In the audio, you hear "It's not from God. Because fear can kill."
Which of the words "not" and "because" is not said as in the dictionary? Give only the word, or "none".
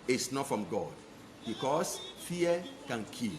because